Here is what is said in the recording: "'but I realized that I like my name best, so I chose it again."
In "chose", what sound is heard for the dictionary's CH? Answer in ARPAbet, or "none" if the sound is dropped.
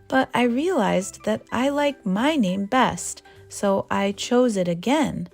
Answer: CH